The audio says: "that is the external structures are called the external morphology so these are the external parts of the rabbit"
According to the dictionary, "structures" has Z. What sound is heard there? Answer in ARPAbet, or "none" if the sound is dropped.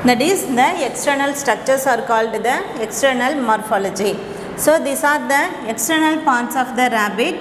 S